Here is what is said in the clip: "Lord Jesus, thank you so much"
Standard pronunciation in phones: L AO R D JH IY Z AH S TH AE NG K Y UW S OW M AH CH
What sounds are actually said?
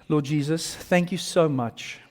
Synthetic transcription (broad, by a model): L AO D JH IY Z AH S TH AE NG K Y UW S OW M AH CH